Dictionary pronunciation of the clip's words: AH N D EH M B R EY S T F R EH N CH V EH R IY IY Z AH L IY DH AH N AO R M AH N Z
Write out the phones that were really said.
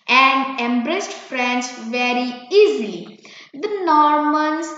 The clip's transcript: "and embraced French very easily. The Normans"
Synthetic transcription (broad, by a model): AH N D EH M B R EY S T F R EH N S V EH R IY IY Z AH L IY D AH N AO R M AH N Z